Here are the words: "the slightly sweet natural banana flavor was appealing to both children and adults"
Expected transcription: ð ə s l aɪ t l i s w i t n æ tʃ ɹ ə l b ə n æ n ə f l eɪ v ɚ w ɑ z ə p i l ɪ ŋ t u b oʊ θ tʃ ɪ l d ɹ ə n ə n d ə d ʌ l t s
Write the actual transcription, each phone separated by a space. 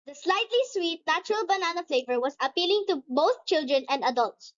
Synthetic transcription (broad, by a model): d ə s l aɪ t l i s w i t n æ tʃ ɹ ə l b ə n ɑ n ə f l eɪ v ɚ w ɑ s ə p i l ɪ ŋ t u b oʊ θ tʃ ɪ l d ɹ ə n ə n d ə d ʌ l t s